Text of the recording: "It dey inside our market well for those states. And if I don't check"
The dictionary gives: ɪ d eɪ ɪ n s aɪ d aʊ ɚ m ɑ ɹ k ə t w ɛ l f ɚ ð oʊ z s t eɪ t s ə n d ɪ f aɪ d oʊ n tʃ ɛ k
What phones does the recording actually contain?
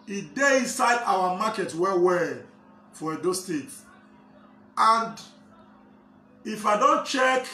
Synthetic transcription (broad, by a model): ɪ d eɪ ɪ n s aɪ d aʊ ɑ m ɑ k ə t w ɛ w f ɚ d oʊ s t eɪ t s ə n d ɪ f aɪ d oʊ n tʃ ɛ k